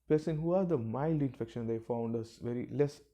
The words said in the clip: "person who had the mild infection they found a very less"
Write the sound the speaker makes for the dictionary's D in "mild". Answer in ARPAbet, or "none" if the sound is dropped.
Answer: D